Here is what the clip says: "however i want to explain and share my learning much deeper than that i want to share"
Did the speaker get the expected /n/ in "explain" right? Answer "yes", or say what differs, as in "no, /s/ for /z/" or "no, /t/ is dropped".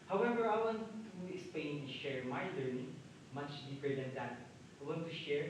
no, /n/ is dropped